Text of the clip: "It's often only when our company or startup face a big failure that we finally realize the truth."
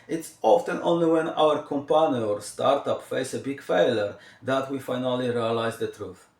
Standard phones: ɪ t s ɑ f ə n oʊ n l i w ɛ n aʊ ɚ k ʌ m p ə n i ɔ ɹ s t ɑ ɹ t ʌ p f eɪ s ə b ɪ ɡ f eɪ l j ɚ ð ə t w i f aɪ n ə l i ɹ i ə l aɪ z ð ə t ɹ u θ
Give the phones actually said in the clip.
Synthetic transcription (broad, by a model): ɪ t s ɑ f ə n oʊ n l i w ɛ n aʊ ɚ k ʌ m p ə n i ɔ ɹ s t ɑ ɹ t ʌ p f eɪ s ə b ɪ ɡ f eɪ l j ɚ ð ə t w i f aɪ n ə l i ɹ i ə l aɪ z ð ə t ɹ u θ